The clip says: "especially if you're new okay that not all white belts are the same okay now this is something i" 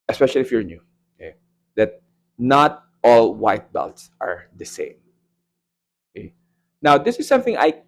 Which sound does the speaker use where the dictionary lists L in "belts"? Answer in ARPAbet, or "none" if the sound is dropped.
L